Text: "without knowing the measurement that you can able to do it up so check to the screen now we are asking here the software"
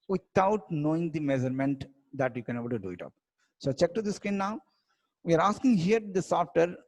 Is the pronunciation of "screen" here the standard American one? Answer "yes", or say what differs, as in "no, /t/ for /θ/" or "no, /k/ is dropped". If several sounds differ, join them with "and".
no, /ɹ/ is dropped